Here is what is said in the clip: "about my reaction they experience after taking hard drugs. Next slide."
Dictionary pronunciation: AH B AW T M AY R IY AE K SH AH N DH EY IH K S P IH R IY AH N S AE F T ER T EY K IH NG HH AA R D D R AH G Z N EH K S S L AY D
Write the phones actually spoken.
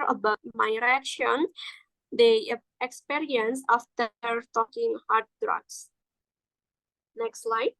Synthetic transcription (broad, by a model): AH B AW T M AY R IY AE K SH AH N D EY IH K S P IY R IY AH N S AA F T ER T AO K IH NG HH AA R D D R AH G S N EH K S S L AY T